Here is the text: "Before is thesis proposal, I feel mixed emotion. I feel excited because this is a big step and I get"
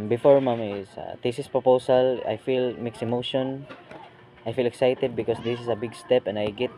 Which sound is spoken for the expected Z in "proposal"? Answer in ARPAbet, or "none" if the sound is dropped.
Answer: S